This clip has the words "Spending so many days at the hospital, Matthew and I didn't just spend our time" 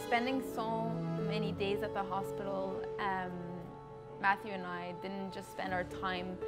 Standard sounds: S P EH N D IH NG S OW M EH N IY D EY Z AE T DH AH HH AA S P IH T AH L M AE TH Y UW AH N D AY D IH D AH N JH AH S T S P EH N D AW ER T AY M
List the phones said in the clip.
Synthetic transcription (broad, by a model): S P EH N D IH NG S OW M EH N IY D EY Z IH T DH AH HH AA S P IH T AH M M AE TH Y UW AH N AY D IH D N JH AH S T S P EH N D AW ER T AY M